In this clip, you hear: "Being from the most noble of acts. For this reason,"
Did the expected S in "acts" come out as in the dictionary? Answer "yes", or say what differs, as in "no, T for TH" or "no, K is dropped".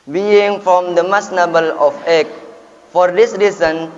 no, S is dropped